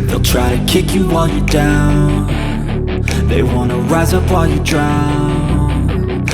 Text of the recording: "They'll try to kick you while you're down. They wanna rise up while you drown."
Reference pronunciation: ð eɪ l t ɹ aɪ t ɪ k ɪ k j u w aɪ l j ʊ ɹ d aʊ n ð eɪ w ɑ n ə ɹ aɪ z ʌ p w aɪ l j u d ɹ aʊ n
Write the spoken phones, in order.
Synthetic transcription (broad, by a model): ð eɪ l t ɹ aɪ t ɪ k ɪ k j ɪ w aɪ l j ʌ ɹ d aʊ n ð eɪ w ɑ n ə ɹ aɪ z ʌ p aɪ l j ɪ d ɹ aʊ n